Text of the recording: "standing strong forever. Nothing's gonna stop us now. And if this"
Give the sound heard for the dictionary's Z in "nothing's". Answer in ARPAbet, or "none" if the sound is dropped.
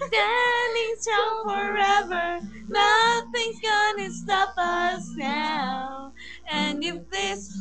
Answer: none